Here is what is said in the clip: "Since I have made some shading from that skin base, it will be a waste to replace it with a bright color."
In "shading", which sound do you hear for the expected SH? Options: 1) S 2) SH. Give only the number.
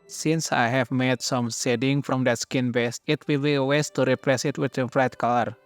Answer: 1